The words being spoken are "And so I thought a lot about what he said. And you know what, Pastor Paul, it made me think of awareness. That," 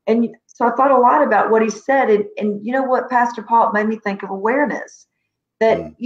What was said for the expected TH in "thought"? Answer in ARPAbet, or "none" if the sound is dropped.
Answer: TH